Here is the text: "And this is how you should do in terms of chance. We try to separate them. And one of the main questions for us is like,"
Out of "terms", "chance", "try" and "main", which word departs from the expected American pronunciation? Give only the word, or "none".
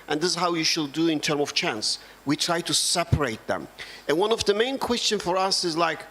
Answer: terms